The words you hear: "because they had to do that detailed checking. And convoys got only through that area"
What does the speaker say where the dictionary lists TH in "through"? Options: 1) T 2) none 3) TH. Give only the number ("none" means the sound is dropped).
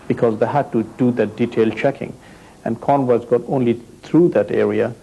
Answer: 1